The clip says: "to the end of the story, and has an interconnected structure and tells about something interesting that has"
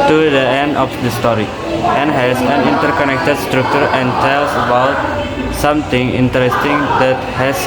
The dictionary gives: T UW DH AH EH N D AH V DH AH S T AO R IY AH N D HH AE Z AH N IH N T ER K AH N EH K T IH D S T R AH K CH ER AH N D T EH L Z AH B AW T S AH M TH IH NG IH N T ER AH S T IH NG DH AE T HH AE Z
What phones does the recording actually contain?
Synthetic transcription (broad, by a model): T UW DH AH EH N D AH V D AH S T AO R IY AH N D HH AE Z AH N IH N T ER K AH N EH K T IH D S T R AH K CH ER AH N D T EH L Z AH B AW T S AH M T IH NG IH N T ER AH S T IH NG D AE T HH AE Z